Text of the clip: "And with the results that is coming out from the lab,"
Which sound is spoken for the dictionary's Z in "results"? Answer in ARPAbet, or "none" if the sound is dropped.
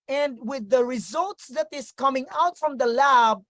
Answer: Z